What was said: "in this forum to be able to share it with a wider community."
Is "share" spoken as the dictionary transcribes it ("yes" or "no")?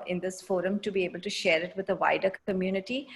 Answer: yes